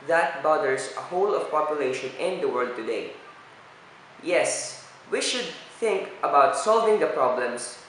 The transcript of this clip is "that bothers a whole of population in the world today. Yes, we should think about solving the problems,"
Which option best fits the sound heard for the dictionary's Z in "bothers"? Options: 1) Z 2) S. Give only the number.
2